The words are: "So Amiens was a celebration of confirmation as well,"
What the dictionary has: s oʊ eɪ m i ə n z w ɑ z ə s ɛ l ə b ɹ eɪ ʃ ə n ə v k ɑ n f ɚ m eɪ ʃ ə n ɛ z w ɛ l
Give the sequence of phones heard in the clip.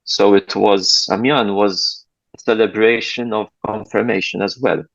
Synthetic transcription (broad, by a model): s oʊ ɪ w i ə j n w ɑ z ə s ɛ l ə b ɹ eɪ ʃ ə n ə v k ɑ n f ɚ m eɪ ʃ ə n ɛ z w ɛ l